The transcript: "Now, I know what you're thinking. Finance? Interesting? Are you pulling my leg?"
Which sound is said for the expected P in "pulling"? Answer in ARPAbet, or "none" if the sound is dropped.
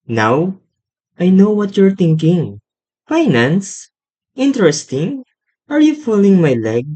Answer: F